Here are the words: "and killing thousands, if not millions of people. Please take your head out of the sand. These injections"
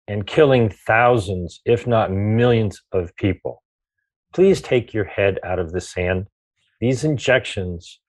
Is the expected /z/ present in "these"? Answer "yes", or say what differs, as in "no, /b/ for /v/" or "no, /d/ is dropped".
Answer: yes